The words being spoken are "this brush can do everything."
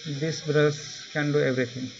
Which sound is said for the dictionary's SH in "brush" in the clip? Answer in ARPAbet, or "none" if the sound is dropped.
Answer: S